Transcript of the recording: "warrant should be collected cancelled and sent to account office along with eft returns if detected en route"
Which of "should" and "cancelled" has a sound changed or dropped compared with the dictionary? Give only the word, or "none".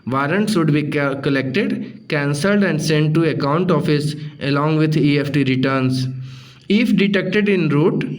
should